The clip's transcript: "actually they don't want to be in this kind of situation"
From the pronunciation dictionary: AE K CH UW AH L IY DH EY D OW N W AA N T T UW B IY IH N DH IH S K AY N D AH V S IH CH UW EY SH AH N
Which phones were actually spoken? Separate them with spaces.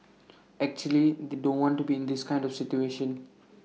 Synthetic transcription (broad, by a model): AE K CH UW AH L IY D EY D OW N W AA N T T UW B IY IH N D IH S K AY N D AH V S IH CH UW EY SH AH N